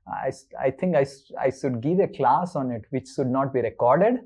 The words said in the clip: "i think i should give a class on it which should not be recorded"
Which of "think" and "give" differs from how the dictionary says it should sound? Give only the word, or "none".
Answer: think